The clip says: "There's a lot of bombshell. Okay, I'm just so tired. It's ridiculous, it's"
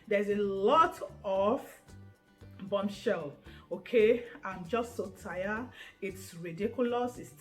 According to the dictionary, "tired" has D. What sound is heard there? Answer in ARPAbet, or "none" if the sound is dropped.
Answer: none